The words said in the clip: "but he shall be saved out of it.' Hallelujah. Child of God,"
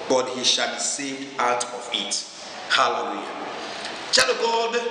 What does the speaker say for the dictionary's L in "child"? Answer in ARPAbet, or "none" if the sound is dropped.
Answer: none